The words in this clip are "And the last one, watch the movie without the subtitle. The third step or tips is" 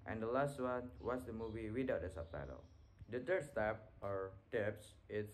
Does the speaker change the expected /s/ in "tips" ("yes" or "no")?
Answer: no